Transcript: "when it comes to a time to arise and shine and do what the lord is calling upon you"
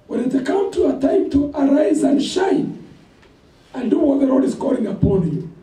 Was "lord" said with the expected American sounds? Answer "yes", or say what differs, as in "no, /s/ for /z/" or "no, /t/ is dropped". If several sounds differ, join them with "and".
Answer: yes